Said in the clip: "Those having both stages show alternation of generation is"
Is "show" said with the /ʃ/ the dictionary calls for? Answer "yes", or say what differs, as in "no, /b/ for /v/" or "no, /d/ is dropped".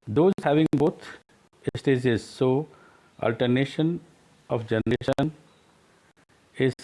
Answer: no, /s/ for /ʃ/